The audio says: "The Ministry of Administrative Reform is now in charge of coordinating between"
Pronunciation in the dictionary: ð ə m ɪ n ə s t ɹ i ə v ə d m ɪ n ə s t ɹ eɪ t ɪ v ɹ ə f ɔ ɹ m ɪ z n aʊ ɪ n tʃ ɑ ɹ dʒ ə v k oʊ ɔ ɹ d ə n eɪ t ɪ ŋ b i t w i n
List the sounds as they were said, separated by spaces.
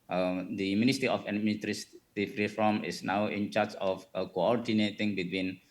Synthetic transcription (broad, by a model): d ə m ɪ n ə s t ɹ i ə f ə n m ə t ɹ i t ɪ f ɹ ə f ɔ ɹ m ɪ s n aʊ ɪ n tʃ ɑ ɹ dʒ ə f k oʊ ɔ ɹ d ə n eɪ t ɪ ŋ b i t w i n